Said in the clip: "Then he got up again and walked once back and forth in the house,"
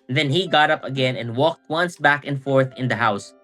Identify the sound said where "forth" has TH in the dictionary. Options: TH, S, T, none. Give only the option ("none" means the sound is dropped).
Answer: TH